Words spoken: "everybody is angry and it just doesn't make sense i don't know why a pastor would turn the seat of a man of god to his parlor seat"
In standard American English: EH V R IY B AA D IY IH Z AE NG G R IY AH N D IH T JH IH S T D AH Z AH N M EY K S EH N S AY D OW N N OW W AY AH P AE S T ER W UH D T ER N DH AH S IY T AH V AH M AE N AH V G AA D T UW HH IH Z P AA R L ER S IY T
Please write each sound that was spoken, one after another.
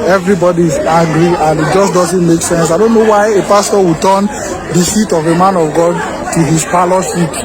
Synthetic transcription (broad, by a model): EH V R IY B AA D IY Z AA G R IY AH N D IH T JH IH S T D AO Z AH N M EY K S EH N S AY D OW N N OW W AY AH P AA S T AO W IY T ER N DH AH S IY T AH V AH M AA N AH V G AA D T UW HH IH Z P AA L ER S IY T